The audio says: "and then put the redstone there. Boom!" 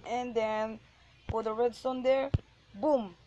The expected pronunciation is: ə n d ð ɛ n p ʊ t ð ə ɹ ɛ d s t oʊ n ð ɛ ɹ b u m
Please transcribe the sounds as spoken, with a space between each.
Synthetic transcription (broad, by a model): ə n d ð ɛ n f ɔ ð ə ɹ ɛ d s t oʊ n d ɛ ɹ b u m